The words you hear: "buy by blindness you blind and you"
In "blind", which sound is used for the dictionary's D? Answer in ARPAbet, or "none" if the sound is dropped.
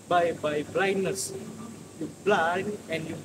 none